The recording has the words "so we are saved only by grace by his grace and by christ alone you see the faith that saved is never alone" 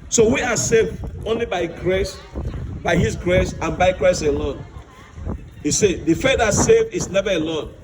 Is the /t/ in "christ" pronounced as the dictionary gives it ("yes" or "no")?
no